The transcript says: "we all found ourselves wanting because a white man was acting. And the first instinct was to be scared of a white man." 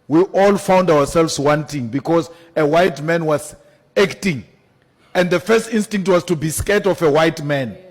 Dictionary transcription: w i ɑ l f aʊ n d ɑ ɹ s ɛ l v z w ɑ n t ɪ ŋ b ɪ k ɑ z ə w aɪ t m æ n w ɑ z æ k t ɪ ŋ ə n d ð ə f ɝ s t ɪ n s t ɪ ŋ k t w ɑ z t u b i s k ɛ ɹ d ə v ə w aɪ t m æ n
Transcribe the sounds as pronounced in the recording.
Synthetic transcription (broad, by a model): w i ɑ l f aʊ n d ɑ w s ɛ l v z w ɑ n t ɪ ŋ b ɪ k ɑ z ə w aɪ t m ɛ n w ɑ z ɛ k t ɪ ŋ ə n d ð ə f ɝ s t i n s t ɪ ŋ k t w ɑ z t u b i s k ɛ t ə f ə w aɪ t m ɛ n